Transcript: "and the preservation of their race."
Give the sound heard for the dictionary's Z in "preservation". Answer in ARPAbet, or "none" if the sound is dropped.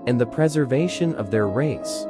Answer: Z